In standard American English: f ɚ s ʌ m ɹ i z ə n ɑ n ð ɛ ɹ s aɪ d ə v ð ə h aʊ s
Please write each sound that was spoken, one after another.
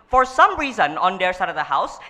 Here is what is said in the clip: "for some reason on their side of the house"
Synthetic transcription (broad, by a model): f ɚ s ʌ m ɹ i z ə n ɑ n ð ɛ ɹ s aɪ d ə v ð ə h aʊ s